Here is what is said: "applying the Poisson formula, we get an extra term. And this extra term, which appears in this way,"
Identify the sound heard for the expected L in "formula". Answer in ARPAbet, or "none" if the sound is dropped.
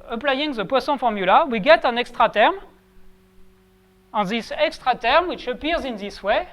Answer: L